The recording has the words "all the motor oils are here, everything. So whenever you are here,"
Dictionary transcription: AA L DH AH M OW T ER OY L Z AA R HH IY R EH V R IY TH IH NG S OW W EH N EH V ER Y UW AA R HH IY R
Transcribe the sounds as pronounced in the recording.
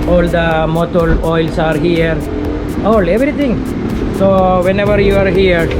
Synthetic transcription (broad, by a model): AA L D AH M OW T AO OY L S AA R HH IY R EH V R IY T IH NG S OW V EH N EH V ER Y UW AA R HH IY R